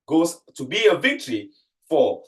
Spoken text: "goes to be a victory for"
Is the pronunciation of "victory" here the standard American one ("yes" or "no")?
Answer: yes